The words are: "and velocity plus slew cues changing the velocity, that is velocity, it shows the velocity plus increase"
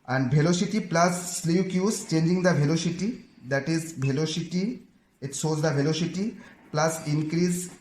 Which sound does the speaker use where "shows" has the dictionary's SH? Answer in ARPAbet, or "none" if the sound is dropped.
S